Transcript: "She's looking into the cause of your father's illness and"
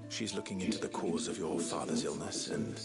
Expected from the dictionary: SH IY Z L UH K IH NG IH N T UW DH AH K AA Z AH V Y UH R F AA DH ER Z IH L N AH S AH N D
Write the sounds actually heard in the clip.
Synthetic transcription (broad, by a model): SH IY Z L UH K IH NG IH N T UW DH AH K AA Z AH V Y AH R F AA DH ER Z IH L N AH S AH N